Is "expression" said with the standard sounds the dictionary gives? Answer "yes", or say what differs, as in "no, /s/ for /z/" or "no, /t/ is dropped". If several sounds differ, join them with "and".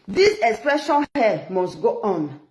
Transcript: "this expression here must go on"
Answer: yes